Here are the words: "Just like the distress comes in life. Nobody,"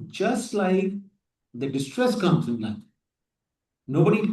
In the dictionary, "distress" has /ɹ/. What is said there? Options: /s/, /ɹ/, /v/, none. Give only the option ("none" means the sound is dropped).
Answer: /ɹ/